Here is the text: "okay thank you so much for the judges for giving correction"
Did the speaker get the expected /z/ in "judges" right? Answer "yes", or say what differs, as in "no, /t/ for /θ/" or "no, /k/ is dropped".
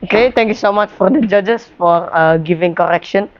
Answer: no, /s/ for /z/